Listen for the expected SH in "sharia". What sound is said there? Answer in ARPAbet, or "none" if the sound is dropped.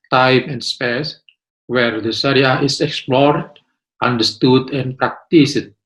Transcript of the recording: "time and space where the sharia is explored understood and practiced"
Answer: S